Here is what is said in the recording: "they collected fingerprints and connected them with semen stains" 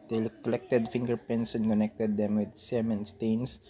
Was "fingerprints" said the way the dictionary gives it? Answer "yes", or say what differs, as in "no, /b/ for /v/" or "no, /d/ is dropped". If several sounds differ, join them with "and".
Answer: no, /ɹ/ is dropped